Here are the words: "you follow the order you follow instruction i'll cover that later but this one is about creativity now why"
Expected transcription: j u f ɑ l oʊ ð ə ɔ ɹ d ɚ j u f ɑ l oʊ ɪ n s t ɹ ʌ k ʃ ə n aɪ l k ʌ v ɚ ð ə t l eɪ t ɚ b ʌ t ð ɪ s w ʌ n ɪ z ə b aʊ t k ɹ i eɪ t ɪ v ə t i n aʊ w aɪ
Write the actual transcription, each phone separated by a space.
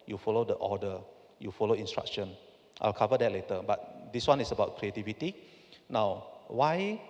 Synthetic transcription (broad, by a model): j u f ɑ l oʊ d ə ɔ d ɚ j u f ɑ l oʊ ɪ n s t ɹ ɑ k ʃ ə n aɪ l k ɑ v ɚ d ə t l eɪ t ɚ b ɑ t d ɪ s w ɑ n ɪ s ə b aʊ t k ɹ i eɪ t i v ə t i n aʊ w aɪ